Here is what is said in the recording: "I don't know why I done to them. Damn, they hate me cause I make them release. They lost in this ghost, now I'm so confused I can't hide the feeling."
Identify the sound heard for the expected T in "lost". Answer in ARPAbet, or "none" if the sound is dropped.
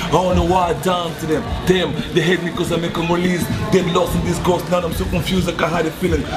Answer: none